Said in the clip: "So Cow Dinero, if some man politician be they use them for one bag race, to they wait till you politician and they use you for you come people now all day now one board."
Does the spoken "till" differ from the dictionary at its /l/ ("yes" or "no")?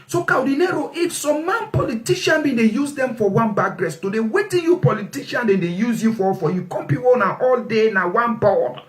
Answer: yes